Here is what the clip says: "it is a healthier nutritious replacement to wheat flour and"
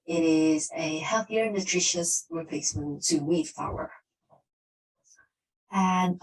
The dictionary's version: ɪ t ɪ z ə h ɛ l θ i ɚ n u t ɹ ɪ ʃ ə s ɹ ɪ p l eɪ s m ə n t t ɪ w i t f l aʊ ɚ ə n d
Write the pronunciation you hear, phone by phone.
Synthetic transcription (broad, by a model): ɪ t ɪ z ə h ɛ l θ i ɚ n u t ɹ ɪ ʃ ə s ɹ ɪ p eɪ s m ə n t t ɪ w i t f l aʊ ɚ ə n